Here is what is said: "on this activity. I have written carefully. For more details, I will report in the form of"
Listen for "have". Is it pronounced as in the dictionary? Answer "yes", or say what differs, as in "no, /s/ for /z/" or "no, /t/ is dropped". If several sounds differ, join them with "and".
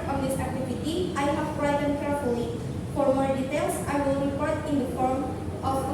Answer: no, /p/ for /v/